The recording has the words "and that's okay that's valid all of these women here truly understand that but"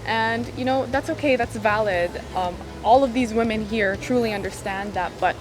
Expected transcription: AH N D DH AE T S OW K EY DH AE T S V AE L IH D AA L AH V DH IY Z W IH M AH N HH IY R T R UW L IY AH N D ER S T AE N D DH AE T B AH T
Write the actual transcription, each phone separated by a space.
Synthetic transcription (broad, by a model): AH N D DH AE T S OW K EY DH AE T S V AE L IH D AA L AH V DH IY Z W IH M AH N HH IY R T R UW L IY AH N D ER S T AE N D DH AE T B AH T